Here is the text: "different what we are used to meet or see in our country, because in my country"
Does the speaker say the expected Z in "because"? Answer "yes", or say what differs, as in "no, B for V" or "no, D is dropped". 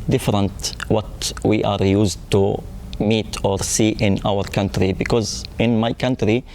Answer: yes